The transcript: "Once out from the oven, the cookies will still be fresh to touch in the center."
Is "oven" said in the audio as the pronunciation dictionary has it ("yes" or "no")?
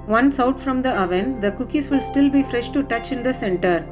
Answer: yes